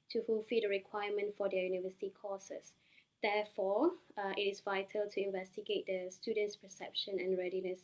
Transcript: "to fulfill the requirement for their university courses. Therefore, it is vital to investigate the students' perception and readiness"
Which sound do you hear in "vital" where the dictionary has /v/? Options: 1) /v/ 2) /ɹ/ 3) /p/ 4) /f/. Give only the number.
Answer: 1